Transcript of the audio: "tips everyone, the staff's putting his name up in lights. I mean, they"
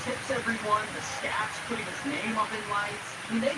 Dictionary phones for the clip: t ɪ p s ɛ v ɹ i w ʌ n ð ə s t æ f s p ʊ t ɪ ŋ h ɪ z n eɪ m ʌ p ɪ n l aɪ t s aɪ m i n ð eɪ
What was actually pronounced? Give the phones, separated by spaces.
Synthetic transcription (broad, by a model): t ɪ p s ɛ v ɹ i w ʌ n ð ə s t æ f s p ʊ t ɪ ŋ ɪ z n eɪ m ʌ p ɪ n l aɪ t s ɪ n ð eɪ